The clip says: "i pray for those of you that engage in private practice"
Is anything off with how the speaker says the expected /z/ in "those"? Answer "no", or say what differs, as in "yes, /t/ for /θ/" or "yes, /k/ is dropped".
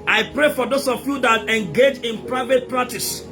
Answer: yes, /s/ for /z/